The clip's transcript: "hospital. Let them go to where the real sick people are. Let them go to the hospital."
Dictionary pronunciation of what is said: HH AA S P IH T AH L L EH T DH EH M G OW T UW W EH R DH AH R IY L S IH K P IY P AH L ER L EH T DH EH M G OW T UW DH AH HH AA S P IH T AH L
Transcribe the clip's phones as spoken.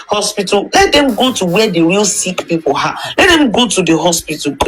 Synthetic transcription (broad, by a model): HH AA S P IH T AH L L EH T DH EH M G OW T UW W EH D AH W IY L S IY K P IY P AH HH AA L EH T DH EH M G OW T UW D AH HH AA S P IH T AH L